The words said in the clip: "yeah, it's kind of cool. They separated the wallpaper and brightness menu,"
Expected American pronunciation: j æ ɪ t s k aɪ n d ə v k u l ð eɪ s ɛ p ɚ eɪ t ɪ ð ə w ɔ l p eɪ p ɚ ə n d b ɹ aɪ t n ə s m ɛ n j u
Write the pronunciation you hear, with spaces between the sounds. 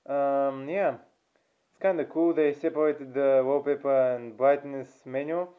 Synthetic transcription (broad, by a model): j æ ɪ t s k aɪ n d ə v k u l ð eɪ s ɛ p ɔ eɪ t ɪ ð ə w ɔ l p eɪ p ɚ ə n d b l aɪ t n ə s m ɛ n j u